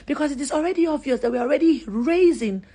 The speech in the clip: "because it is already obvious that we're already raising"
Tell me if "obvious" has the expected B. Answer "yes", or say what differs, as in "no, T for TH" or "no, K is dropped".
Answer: no, B is dropped